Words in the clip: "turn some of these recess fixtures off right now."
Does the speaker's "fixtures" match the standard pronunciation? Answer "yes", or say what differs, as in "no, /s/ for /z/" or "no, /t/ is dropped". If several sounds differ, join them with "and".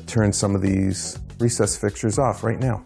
no, /s/ is dropped